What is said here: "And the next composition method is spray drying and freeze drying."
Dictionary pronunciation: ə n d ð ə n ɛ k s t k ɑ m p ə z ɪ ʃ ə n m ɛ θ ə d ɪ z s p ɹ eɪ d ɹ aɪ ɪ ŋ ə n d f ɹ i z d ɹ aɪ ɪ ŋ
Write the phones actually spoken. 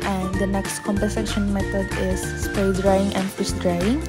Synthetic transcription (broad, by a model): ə n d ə n ɛ k s t k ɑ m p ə s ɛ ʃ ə n m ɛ t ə d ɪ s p eɪ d ɹ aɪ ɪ ŋ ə n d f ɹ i s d ɹ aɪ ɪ ŋ